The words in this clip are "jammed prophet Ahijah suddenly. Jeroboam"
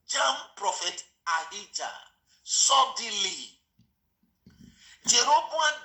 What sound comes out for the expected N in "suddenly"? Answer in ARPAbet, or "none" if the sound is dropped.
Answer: none